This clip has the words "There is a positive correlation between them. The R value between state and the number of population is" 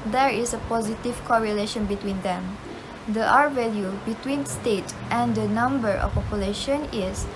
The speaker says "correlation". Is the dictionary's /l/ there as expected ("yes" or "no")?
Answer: yes